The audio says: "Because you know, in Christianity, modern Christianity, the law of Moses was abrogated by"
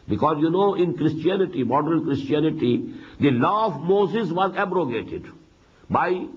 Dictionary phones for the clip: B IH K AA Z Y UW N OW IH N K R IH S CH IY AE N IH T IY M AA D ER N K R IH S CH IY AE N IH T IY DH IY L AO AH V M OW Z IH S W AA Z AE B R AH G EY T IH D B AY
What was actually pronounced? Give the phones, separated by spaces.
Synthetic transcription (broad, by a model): B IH K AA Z Y UW N OW IH N K R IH S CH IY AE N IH T IY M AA D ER L K R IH S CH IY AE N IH T IY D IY L AO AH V M OW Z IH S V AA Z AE B R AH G EY T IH D B AY